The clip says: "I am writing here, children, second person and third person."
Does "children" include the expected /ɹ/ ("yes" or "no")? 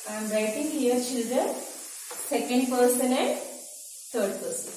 no